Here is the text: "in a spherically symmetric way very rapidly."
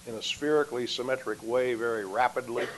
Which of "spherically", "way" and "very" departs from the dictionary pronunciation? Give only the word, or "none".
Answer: none